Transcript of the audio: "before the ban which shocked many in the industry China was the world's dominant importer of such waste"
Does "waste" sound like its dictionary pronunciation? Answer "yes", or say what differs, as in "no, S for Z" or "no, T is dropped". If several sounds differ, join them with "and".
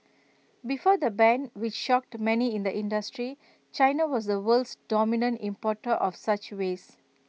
no, T is dropped